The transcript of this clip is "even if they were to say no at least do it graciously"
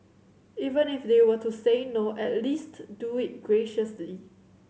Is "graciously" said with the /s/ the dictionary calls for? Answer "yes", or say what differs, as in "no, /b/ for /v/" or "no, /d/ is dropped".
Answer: yes